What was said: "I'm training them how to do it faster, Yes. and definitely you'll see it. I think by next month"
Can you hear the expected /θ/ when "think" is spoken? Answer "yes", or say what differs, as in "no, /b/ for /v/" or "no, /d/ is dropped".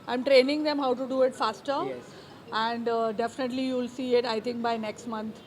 no, /t/ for /θ/